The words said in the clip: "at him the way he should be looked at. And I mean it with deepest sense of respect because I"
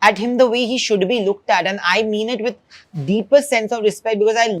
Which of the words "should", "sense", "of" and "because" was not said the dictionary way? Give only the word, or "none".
none